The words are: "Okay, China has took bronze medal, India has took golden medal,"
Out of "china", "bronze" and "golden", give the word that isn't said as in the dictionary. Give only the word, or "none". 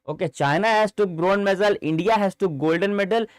bronze